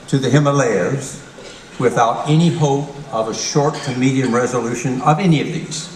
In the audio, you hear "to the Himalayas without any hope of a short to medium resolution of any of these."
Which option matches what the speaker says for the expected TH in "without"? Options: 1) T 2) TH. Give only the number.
2